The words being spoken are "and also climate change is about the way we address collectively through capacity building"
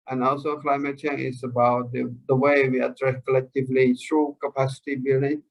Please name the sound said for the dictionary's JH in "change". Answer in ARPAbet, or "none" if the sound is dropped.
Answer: none